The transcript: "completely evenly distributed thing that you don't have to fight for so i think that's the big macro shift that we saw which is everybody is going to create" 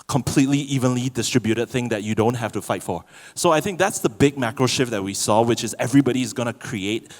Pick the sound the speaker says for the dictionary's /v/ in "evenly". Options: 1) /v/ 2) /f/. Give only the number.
1